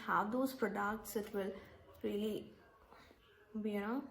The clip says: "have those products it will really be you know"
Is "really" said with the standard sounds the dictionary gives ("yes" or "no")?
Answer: yes